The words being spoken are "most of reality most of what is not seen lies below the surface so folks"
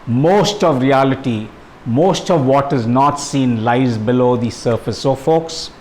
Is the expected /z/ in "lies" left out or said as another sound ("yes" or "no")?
no